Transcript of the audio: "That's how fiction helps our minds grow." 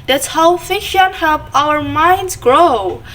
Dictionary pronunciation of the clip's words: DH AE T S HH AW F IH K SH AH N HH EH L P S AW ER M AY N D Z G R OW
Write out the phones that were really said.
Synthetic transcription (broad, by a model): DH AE T S HH AW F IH SH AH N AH P AW ER M AY N D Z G R OW